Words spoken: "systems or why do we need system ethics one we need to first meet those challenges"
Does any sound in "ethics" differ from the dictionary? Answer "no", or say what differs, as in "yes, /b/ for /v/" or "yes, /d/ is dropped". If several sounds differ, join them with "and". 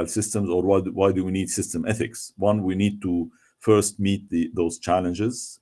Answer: no